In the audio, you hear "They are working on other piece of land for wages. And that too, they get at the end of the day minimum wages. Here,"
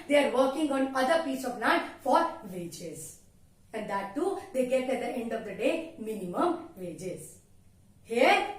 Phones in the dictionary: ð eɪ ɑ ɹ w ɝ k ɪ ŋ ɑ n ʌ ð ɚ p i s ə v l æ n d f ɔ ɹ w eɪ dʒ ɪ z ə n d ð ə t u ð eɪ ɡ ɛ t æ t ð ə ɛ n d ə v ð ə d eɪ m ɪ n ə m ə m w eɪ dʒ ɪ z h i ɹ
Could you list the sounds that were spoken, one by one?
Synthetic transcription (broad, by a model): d eɪ ɑ ɹ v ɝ k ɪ ŋ ɑ n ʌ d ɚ p i s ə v n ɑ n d f ɔ ɹ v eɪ dʒ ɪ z ə n d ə t u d eɪ ɡ ɛ t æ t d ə ɛ n d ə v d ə d eɪ m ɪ n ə m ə m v eɪ dʒ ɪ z h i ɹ